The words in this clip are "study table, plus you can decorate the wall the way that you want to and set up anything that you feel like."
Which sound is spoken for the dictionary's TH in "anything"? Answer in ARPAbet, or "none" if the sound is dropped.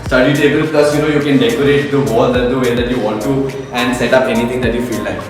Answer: T